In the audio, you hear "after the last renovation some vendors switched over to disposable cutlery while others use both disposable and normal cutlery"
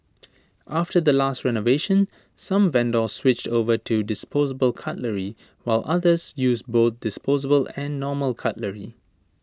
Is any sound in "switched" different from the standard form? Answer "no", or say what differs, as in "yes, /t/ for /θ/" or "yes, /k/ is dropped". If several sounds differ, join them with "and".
no